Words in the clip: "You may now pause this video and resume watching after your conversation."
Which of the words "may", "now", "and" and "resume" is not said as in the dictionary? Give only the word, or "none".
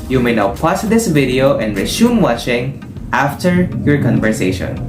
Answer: resume